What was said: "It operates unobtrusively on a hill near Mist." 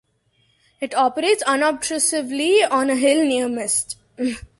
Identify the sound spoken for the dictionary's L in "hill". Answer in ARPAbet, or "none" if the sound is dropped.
L